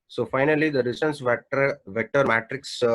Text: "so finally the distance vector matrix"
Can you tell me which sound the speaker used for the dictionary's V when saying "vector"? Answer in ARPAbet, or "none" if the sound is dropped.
V